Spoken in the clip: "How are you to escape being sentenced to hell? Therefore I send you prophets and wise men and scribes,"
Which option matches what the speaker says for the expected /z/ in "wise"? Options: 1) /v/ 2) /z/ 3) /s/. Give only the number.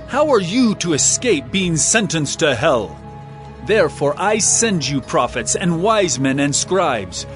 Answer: 2